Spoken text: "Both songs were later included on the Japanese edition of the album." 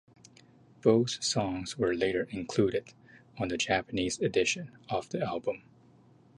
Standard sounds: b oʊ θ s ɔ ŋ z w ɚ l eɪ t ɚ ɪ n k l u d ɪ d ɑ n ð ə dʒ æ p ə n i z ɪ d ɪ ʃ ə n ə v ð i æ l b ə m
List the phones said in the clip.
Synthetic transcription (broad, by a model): b oʊ θ s ɔ ŋ z w ɚ l eɪ t ɚ ɪ n k l u d ɪ d n ð ə dʒ æ p ə n i z ɪ d ɪ ʃ ə n ə v ð i æ l b ə m